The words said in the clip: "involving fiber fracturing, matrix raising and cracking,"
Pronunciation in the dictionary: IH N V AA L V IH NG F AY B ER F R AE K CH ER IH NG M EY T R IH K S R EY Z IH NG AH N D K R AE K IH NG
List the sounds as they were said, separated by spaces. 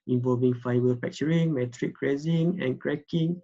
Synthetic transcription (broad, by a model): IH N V AA L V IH NG F AY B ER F EH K CH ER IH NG M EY T R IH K R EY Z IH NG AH N K R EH K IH NG